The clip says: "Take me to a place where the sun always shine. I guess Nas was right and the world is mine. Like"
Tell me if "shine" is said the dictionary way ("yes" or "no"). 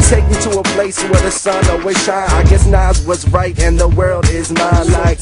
no